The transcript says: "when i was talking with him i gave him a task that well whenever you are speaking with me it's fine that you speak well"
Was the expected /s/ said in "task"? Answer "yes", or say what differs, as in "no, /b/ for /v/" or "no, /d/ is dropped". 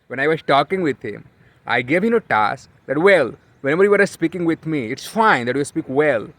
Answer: yes